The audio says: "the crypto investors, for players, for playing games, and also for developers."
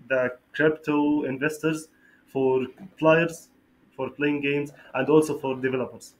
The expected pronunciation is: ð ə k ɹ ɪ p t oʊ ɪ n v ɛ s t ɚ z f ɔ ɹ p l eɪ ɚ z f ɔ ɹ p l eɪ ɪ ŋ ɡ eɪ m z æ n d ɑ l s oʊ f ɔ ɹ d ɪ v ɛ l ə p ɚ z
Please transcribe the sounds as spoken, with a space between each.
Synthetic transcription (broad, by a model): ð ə k ɹ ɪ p t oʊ ɪ n v ɛ s t ɚ z f ɔ ɹ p l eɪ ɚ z f ɔ ɹ p l eɪ ɪ ŋ ɡ eɪ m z æ n d ɑ l s oʊ f ɔ ɹ d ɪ v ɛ l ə p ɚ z